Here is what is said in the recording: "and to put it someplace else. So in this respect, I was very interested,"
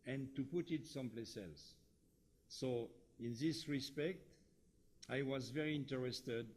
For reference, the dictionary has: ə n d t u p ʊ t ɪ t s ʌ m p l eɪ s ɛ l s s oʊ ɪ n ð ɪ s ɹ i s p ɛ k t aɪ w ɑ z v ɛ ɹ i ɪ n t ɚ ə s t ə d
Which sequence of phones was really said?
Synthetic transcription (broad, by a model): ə n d t u p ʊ t ɪ t s ʌ m p l eɪ s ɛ l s s oʊ ɪ n ð ɪ s ɹ i s p ɛ k t aɪ w ɑ z v ɛ ɹ i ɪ n t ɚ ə s t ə d